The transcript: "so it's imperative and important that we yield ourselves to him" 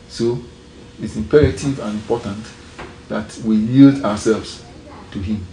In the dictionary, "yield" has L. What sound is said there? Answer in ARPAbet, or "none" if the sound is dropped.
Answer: L